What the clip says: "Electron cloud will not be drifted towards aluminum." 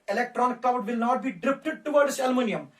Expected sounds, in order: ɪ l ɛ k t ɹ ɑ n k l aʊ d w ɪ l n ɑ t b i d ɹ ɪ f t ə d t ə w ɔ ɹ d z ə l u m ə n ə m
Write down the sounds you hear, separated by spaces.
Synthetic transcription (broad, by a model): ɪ l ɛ k t ɹ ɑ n k aʊ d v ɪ l n ɑ t b i d ɹ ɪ p t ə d t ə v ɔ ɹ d s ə l m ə n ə m